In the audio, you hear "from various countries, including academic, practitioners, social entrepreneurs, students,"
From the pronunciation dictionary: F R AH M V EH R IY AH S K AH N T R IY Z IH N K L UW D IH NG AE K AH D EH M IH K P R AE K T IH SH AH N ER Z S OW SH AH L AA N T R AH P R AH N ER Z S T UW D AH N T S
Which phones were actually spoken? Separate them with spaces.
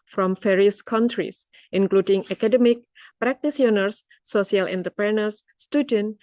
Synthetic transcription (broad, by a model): F R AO M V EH R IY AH S K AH N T R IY S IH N K L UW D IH NG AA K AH D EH M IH K P R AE K T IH S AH N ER S OW S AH L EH N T AH P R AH N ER S T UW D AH N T